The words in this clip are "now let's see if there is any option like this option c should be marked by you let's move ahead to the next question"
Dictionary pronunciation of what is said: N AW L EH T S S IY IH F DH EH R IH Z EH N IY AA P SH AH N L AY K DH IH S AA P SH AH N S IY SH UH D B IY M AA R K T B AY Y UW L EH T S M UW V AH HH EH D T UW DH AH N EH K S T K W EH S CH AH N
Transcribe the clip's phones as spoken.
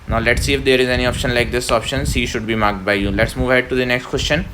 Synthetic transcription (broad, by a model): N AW L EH T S S IY IH F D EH R IH Z EH N IY AA P SH AH N L AY K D IH S AA P SH AH N S IY SH UH D B IY M AA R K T B AY Y UW L EH T S M UW V AH HH EH D T UW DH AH N EH K S T K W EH S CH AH N